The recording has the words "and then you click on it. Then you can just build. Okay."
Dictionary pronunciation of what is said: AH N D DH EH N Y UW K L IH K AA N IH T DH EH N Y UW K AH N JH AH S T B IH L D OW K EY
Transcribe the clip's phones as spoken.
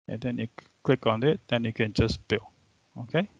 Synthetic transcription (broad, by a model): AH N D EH N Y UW K L IH K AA N IH T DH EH N Y UW K AH N JH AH S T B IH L OW K EY